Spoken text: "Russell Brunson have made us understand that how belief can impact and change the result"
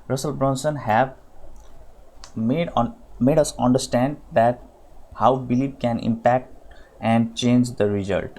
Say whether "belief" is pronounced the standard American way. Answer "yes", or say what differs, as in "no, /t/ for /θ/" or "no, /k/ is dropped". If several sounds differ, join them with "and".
no, /p/ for /f/